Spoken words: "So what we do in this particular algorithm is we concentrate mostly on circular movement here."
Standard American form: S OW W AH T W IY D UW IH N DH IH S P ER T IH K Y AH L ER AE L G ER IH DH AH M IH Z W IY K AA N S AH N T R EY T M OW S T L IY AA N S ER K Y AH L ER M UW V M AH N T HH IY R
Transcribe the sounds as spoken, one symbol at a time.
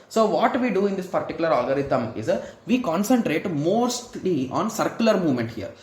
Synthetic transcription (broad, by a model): S OW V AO T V IY D UW IH N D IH S P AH T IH K Y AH L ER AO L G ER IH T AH M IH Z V IY K AA N S AH N T R EY T M OW S T L IY AA N S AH K Y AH L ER M UW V M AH N T HH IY R